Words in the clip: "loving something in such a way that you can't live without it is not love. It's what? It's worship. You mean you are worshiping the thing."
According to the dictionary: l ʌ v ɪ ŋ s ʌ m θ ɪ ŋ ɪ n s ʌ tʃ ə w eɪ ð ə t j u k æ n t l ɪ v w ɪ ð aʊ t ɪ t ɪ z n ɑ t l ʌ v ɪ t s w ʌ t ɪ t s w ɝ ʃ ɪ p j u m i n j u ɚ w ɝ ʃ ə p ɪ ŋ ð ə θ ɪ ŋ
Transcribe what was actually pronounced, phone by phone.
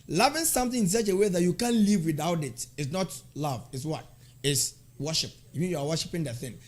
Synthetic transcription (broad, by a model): l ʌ v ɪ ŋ s ʌ m θ ɪ ŋ ɪ n s ʌ tʃ ə w eɪ ð ə t j u k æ n l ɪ v w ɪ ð aʊ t ɪ t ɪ s n ɑ t l ʌ v ɪ t s w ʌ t ɪ t s w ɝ ʃ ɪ p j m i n j u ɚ w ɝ ʃ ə p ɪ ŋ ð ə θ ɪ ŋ